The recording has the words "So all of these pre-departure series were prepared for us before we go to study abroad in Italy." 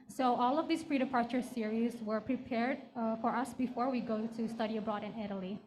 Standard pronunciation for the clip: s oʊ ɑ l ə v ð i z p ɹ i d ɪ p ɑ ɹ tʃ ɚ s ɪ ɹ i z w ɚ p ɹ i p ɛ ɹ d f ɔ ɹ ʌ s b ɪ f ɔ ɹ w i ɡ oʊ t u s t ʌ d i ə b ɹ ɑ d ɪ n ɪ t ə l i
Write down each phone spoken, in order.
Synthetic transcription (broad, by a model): s oʊ ɑ l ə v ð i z p ɹ i d ɪ p ɑ ɹ tʃ ɚ s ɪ ɹ i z w ɚ p ɹ i p ɛ ɹ d f ɔ ɹ ʌ s b ɪ f ɔ ɹ w i ɡ oʊ t u s t ʌ d i ə b ɹ ɑ d ɪ n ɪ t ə l i